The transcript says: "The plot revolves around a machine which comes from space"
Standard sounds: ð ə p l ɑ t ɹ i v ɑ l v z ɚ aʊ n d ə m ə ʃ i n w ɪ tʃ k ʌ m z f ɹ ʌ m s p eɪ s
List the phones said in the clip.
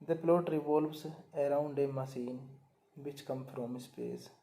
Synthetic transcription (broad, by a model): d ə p l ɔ t ɹ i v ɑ l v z ɚ aʊ n d ə m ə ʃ i n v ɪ tʃ k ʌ m f ɹ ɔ m s p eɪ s